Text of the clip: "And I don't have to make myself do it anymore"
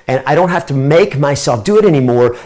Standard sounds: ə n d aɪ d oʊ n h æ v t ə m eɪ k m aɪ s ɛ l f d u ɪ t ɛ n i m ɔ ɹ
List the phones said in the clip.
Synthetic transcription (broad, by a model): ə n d aɪ d oʊ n h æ f t ə m eɪ k m aɪ s ɛ l f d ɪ ɪ t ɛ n i m ɔ ɹ